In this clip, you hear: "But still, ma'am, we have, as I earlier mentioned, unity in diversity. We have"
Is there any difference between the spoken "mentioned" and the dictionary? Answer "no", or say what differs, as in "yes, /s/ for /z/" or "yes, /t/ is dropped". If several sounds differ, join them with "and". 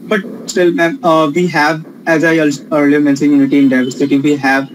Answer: yes, /s/ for /ʃ/